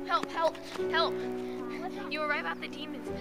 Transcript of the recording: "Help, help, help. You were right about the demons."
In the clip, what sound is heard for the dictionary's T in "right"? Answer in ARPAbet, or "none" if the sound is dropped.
none